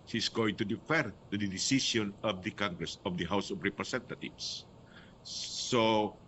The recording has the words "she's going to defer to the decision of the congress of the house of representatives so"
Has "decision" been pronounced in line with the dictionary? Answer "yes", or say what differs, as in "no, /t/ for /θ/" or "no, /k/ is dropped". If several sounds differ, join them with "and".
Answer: no, /s/ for /ʒ/